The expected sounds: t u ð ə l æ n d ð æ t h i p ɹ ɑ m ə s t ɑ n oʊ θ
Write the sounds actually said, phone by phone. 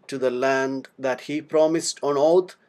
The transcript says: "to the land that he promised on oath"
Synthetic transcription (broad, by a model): t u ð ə l æ n d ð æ t h i p ɹ ɑ m ə s t ɑ n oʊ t